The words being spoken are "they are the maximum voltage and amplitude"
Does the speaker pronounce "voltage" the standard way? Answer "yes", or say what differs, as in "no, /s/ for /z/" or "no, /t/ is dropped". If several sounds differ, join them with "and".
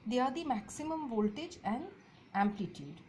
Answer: yes